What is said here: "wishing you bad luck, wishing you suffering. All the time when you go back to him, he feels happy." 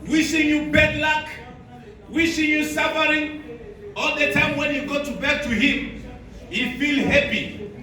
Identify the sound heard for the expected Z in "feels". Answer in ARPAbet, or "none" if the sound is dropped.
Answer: none